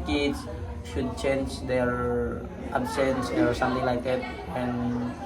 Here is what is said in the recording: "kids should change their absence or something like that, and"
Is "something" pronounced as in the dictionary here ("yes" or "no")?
no